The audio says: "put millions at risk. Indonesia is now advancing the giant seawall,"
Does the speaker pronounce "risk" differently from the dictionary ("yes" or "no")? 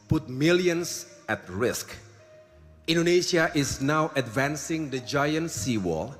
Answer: no